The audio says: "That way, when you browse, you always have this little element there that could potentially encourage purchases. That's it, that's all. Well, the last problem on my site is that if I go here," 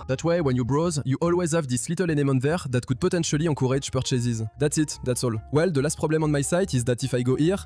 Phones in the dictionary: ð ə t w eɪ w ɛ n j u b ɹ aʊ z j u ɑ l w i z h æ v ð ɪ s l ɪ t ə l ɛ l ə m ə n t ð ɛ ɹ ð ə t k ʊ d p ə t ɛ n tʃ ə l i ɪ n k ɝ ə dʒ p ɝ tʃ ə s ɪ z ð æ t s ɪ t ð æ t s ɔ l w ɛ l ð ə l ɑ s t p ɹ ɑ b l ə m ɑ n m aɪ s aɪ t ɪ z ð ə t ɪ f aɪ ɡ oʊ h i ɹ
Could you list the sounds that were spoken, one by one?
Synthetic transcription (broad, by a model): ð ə t w eɪ w ɛ n j u b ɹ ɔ z j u ɑ l w i z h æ v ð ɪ s l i t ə l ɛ n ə m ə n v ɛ ɹ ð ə t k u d p ə t ɛ n tʃ ə l i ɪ k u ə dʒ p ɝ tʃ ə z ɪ z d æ t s ɪ t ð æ t s ɔ l w ɛ l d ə l ɑ s t p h ɑ b l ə m ɑ n m aɪ s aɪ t ɪ z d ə t ɪ f aɪ ɡ oʊ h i ɹ